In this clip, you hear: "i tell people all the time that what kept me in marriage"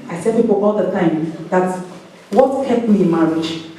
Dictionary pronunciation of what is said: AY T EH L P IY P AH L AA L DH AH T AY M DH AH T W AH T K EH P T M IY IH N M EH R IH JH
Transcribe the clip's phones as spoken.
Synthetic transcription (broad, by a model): AY S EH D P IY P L AA L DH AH T AY M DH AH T W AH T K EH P M IY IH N M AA R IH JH